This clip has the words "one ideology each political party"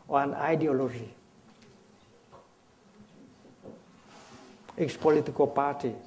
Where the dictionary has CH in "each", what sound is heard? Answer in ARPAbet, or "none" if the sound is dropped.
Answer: S